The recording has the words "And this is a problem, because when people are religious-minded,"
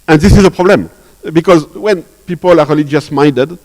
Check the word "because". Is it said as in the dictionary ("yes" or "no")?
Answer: yes